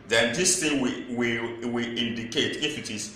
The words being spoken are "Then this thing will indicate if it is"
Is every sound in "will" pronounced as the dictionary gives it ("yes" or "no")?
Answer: no